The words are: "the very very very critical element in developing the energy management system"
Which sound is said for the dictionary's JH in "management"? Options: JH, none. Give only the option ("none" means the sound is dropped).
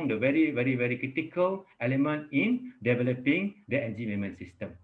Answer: none